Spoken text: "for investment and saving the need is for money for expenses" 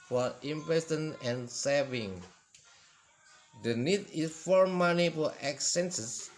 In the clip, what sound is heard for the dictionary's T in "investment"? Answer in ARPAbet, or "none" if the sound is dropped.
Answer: none